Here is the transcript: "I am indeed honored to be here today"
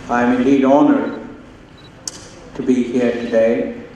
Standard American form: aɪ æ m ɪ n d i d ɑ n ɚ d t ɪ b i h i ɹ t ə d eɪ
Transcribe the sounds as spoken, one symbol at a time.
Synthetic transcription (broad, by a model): aɪ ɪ m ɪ n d i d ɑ n ɚ t ɪ b i h i ɹ t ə d eɪ